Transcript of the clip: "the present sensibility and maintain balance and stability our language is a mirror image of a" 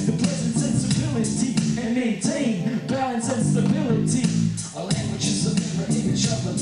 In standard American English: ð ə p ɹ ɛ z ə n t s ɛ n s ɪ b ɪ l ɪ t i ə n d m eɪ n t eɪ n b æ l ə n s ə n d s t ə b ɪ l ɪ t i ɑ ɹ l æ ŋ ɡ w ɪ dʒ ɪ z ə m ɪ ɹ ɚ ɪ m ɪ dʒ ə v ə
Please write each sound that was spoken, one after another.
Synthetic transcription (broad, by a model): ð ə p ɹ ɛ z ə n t s ɛ n s ɪ b ɪ l ɪ t i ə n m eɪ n t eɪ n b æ ə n s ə n s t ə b ɪ l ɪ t i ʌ l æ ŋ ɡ w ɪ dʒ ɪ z ə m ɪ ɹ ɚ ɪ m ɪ ʃ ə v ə